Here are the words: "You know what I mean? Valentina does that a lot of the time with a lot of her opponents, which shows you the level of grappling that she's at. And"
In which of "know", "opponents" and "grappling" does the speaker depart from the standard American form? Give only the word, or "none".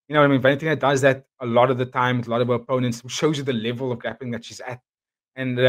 grappling